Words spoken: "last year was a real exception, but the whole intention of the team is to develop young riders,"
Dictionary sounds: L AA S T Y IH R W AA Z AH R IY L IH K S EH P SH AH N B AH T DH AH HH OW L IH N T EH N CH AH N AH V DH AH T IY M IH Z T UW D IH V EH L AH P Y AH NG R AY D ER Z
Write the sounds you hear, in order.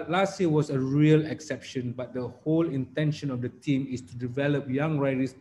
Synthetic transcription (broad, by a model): L AA S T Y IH W AA S AH R IY L IH K S EH P SH AH N B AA T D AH HH OW L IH N T EH N SH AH N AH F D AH T IY M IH S T UW D IH V EH L AH P Y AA NG R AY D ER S